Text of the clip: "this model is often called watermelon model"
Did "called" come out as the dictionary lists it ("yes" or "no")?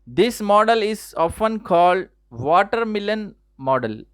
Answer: yes